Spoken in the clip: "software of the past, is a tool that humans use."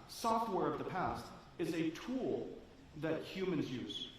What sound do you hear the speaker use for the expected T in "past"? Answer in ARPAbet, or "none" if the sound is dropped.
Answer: T